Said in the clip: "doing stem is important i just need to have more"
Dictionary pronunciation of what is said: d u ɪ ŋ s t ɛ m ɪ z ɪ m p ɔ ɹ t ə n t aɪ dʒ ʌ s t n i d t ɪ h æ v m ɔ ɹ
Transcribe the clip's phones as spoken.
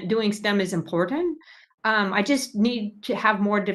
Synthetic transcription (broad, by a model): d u ɪ ŋ s t ɛ m ɪ z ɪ m p ɔ ɹ t n t aɪ dʒ ʌ s t n i d t ɪ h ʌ v m ɔ ɹ